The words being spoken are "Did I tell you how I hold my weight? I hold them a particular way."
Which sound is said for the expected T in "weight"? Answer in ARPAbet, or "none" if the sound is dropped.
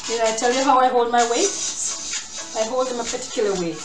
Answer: none